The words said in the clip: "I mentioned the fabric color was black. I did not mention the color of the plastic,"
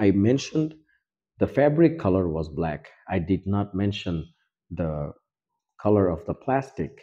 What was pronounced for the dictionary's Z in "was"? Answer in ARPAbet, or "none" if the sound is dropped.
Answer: Z